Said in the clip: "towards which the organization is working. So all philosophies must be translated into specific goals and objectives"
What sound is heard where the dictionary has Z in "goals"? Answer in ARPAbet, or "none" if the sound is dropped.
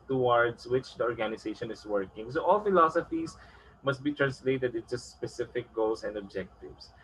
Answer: S